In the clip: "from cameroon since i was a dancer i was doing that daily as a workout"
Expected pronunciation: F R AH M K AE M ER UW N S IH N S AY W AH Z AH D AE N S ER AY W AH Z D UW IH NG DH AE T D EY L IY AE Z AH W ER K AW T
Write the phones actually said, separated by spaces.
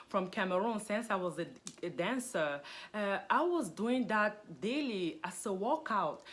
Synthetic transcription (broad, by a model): F R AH M K AE M ER UW N S IH N S AY W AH Z AH D AE N S ER AY W AH Z D UW IH NG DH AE T D EY L IY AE S AH W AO K AW T